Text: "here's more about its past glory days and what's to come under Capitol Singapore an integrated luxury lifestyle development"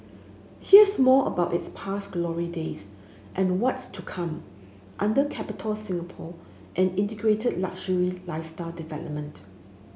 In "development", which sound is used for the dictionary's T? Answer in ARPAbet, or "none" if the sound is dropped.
T